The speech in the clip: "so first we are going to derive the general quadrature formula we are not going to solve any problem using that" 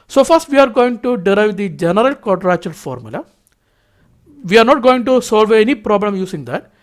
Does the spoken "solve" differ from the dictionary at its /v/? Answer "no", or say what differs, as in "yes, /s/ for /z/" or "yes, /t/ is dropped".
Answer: no